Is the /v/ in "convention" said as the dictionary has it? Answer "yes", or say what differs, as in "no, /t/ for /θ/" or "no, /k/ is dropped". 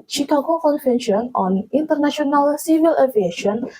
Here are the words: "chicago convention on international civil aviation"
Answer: no, /f/ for /v/